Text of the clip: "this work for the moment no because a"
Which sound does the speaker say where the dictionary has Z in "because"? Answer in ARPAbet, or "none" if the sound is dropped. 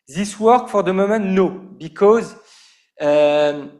Z